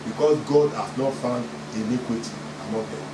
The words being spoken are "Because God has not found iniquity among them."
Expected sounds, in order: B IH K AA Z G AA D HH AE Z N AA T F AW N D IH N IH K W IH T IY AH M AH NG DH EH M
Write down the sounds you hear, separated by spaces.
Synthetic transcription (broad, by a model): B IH K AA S G AA D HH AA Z N AA T F AW N D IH L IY K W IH T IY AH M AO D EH